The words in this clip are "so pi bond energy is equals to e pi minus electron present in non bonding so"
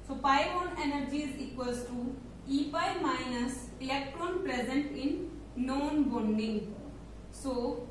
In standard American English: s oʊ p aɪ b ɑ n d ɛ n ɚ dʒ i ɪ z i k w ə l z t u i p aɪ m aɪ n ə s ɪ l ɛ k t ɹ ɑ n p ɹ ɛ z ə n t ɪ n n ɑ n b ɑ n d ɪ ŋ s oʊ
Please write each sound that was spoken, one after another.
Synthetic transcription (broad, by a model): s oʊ p aɪ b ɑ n ɛ n ɚ dʒ i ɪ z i k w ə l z t u i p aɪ m aɪ n ə s ɪ l ɛ k t ɹ ɑ n p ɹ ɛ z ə n t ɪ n n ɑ n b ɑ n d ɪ ŋ s oʊ